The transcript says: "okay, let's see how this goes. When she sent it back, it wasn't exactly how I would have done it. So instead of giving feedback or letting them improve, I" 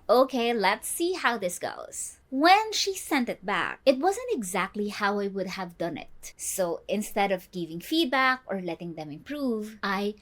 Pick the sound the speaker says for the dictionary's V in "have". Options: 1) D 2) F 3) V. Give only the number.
3